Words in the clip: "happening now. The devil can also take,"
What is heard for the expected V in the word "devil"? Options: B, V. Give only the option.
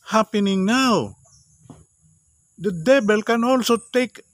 B